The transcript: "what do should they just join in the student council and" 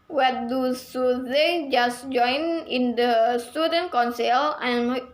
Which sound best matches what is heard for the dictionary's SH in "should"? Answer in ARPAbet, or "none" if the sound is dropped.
S